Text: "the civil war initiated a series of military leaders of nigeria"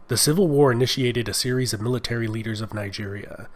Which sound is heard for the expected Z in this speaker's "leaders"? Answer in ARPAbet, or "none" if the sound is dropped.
Z